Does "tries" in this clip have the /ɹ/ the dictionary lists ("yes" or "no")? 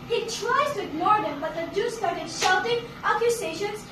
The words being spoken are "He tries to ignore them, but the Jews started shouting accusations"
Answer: yes